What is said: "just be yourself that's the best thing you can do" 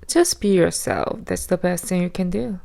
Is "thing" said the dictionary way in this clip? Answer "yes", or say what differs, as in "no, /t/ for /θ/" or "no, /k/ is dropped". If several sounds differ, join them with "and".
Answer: yes